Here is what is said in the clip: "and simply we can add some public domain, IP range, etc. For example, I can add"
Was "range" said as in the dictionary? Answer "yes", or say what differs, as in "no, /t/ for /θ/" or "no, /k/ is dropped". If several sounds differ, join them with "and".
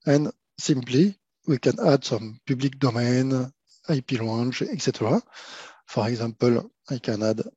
no, /l/ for /ɹ/